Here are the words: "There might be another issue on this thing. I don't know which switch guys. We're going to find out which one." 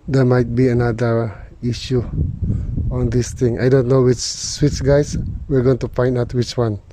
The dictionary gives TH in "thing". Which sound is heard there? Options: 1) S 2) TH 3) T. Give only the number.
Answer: 3